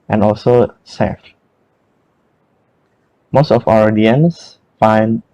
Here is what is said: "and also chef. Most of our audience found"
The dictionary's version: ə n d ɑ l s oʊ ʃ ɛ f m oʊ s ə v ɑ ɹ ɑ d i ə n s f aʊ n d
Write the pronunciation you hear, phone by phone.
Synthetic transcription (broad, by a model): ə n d ɑ l s oʊ s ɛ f m oʊ s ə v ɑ w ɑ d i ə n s f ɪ n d